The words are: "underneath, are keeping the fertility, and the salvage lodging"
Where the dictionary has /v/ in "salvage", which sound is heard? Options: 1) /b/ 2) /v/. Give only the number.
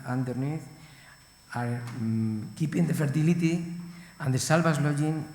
1